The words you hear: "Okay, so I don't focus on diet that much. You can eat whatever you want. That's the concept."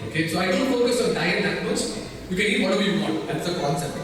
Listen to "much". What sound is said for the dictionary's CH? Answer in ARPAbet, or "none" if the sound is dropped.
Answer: S